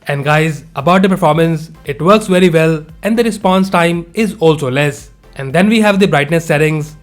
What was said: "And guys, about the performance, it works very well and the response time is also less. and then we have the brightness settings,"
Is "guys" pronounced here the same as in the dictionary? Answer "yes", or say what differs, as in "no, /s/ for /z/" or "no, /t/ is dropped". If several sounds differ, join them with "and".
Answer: yes